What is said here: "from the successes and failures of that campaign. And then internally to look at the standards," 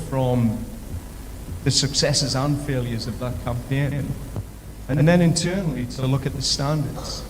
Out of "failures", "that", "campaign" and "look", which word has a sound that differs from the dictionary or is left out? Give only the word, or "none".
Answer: none